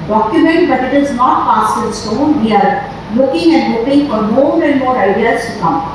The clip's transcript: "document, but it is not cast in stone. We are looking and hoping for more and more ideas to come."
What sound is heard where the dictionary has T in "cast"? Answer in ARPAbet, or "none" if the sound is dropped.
none